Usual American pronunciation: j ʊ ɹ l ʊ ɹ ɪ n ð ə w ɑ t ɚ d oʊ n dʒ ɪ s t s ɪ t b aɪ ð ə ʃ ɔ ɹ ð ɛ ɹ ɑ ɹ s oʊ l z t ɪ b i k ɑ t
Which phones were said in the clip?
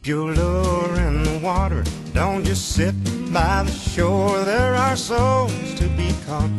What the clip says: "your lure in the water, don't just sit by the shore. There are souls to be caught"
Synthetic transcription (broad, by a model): j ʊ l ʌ ɹ ɪ n ð ə w ɑ t ɚ d oʊ n tʃ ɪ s s ɪ t b aɪ ð ə ʃ ɔ ɹ ð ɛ ɹ ɑ ɹ s oʊ l z t ɪ b i k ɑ